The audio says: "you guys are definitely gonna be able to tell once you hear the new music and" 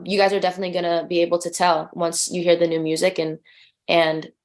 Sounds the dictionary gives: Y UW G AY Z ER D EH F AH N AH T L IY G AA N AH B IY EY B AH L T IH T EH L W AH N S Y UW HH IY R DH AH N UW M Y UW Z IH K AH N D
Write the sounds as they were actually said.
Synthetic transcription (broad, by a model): Y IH G AY Z ER D EH F AH N AH T L IY G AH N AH B IY EY B L T IH T EH L W AH N S Y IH HH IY R DH AH N UW M Y UW Z IH K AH N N